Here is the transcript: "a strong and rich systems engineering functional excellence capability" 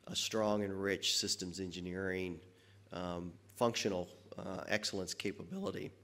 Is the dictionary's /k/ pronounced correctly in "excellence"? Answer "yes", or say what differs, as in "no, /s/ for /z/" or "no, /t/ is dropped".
yes